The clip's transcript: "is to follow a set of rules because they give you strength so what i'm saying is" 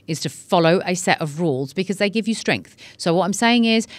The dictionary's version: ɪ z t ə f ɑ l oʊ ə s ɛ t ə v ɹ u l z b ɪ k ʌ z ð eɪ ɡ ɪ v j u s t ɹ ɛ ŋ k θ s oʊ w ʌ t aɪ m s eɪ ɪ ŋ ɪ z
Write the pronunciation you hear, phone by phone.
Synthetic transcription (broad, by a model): ɪ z t ə f ɑ l oʊ ə s ɛ t ə v ɹ u l z b ɪ k ʌ z ð eɪ ɡ ɪ v j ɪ s t ɹ ɛ ŋ k θ s oʊ w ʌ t aɪ m s eɪ ɪ ŋ ɪ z